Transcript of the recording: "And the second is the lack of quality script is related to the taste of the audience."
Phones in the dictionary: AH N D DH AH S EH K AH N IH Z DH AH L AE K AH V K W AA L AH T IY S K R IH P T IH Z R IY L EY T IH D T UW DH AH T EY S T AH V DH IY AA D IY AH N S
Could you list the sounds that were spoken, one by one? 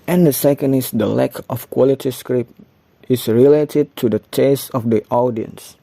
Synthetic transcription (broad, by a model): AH N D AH S EH K AH N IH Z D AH L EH K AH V K W AA L AH T IY S K R IH P T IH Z R IY L EY T IH D T UW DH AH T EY S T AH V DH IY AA D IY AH N S